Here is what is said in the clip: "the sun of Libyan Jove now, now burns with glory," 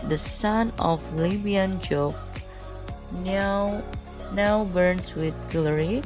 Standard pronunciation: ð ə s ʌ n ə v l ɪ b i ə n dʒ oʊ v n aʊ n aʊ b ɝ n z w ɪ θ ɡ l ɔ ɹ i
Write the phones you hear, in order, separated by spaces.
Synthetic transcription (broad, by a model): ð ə s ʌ n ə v l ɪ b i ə n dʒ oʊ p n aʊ n aʊ b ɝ n s w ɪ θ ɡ l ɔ ɹ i